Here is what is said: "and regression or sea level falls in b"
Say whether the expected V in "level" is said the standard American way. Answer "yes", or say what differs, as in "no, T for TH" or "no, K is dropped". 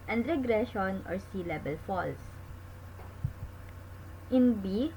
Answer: no, B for V